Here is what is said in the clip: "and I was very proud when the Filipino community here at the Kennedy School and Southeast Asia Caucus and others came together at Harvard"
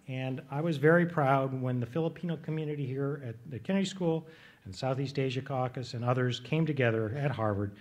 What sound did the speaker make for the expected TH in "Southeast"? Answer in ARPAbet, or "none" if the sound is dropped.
TH